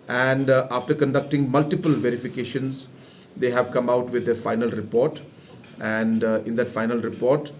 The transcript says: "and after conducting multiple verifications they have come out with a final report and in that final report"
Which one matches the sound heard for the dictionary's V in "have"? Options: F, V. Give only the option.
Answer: V